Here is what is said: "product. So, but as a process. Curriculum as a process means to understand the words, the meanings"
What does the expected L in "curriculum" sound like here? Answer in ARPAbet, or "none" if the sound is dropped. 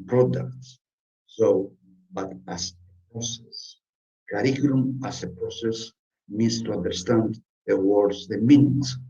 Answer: N